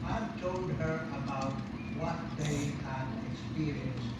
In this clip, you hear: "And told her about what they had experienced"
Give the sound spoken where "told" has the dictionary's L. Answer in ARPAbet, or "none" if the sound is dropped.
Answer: L